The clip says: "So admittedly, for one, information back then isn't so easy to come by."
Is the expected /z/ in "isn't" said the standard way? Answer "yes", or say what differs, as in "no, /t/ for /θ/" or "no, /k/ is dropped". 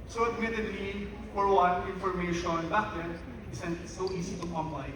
no, /s/ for /z/